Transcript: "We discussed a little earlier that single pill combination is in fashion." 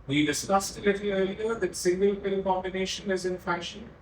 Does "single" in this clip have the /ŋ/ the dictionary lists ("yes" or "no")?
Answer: yes